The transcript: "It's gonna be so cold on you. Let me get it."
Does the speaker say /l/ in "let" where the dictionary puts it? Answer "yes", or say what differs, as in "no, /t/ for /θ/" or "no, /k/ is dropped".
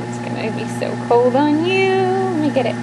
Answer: no, /n/ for /l/